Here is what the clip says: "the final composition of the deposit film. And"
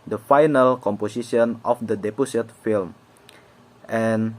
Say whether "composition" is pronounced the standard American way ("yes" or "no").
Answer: no